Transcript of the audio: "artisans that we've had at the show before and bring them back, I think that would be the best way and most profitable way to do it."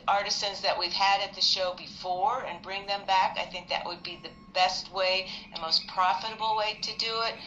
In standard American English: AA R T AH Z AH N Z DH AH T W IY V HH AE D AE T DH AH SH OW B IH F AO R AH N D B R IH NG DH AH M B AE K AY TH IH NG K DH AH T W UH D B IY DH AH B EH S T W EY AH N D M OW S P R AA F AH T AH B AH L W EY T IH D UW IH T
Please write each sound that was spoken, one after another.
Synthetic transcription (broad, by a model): AA R T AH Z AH N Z DH AH T W IY V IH D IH T DH AH SH OW B IH F AO R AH N B R IH NG DH AH M B AE K AY TH IH NG K DH AH T W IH D B IY DH AH B EH S T W EY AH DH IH M OW S P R AA F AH T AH B L W EY T IH D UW IH T